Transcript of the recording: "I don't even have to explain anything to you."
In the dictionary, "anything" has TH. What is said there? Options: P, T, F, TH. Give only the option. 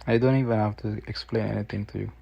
T